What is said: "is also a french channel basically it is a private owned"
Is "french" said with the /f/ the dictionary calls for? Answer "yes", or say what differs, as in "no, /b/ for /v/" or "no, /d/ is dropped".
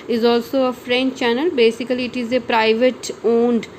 yes